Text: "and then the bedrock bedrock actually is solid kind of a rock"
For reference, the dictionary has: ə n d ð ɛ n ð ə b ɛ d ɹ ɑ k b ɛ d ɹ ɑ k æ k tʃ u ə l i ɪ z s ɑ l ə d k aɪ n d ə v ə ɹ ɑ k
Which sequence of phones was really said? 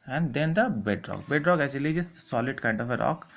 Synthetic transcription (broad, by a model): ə n d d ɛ n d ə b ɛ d ɹ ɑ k b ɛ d ɹ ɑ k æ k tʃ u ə l i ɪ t s ɑ l ə d k aɪ n d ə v ə ɹ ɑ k